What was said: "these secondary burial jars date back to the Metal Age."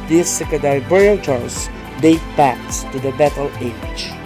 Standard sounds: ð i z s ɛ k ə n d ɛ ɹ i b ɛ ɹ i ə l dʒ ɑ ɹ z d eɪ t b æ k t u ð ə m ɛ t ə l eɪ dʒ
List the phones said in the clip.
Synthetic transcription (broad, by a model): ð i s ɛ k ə d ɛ i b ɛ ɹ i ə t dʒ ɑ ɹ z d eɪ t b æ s t u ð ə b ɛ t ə l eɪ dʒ